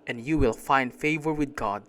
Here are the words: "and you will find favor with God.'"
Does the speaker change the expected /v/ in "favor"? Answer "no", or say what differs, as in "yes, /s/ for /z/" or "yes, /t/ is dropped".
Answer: no